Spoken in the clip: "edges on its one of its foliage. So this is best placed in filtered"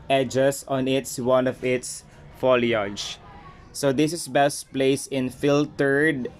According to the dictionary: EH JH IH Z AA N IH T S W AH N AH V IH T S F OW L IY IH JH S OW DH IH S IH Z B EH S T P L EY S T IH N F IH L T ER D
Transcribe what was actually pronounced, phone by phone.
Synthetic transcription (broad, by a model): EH JH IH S AA N IH T S W AH N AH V IH T S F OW L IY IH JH S OW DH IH S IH S B EH S T P L EY S IH N F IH L T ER D